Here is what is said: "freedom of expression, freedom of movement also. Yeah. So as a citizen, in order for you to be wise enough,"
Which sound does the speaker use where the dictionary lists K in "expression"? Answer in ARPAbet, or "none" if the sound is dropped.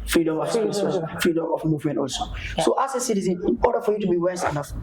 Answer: none